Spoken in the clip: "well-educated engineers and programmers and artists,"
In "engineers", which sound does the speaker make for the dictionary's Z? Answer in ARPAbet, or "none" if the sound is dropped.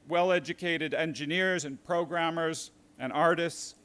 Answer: Z